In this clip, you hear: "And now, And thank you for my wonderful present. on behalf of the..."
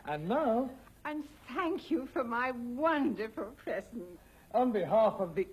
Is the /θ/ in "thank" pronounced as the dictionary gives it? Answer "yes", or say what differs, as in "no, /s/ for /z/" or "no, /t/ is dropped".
yes